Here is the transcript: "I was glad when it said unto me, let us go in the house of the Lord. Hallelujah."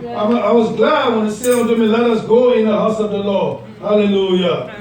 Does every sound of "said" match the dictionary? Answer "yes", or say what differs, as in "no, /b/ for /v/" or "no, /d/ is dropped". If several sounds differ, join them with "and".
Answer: no, /d/ is dropped